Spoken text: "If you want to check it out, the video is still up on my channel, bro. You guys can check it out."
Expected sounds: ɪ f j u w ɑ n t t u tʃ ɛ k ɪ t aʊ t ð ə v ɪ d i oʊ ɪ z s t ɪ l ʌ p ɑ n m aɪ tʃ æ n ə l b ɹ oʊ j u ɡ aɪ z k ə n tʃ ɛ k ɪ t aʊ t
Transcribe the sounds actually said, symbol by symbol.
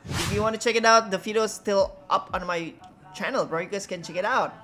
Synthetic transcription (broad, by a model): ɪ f j u w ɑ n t t u tʃ ɛ k ɪ t aʊ t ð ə f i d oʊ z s t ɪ l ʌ p ɑ n m aɪ tʃ æ n ə l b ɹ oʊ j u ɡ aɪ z k ə n tʃ ɛ k ɪ t aʊ t